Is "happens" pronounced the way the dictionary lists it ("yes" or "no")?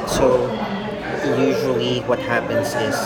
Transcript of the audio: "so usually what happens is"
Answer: yes